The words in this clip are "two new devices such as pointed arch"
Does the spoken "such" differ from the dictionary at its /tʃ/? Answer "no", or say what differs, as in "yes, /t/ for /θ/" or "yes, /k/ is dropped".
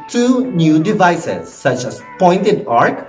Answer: no